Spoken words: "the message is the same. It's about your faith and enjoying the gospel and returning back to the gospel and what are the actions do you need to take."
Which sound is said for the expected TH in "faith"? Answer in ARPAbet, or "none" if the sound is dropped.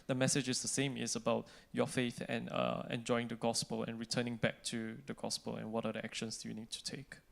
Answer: TH